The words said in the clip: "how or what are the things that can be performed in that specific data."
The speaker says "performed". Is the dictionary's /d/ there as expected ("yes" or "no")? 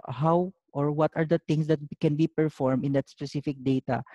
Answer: no